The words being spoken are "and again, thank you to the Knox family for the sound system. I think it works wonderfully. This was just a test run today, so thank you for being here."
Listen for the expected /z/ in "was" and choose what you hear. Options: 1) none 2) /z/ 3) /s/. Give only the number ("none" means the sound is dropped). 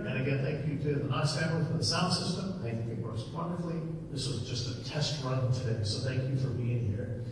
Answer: 2